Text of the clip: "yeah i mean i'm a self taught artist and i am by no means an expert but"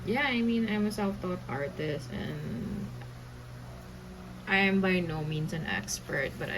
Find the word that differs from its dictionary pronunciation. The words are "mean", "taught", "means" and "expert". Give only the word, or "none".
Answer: means